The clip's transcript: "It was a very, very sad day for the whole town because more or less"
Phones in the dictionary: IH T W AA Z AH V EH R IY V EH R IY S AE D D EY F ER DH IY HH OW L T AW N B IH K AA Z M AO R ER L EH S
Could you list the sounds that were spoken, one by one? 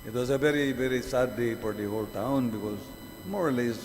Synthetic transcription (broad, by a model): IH T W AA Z AH V EH R IY V EH R IY S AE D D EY P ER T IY HH OW L T AW N B IH K AA Z M AO R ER L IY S